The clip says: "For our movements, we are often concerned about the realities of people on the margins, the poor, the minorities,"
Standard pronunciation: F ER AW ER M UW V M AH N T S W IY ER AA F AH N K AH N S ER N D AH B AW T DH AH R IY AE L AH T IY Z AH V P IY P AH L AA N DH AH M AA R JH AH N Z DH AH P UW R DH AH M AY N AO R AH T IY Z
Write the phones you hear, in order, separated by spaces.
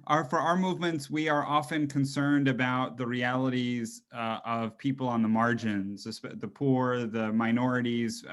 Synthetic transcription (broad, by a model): F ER AW ER M UW V M AH N T S W IY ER AA F AH N K AH N S ER N D AH B AW T DH AH R IY AE L AH T IY Z AH V P IY P L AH N DH AH M AA R JH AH N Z DH AH P UW R DH AH M AY N AO R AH T IY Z